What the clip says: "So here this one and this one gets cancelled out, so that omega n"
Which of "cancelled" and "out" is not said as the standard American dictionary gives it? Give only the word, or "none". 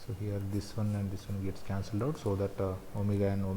none